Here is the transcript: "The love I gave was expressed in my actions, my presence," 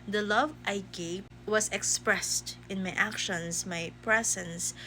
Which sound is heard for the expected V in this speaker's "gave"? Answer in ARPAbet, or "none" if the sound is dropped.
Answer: P